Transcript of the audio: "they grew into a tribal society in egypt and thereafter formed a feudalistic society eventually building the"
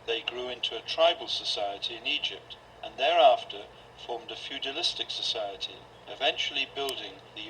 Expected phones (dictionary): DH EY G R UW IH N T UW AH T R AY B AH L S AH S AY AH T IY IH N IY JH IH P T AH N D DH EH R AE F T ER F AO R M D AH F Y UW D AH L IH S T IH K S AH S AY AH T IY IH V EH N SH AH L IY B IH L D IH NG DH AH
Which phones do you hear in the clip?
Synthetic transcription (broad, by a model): DH EY G R UW IH N T UW AH T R AY B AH L S AH S AY AH T IY IH N IY JH IH P T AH N DH EH R AE F T ER F AO R M D AH F Y UW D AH L IH S T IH K S AH S AY AH T IY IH V EH N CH L IY B IH L D IH NG DH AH